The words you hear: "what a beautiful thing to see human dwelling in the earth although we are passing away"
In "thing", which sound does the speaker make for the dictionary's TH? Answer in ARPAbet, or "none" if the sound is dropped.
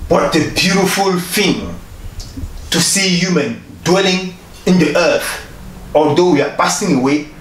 F